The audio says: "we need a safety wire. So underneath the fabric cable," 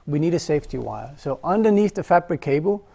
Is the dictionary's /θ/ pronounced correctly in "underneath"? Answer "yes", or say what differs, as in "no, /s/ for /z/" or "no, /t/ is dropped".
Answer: yes